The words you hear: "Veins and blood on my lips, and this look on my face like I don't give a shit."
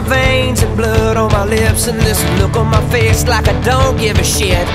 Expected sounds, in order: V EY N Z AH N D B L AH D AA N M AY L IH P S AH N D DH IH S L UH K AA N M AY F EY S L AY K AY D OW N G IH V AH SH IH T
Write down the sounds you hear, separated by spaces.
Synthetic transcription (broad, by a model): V EY N Z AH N B L AH D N M AY L IH P S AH N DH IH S L UH K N M AY F EY S L AY K AY D OW N G IH V AH SH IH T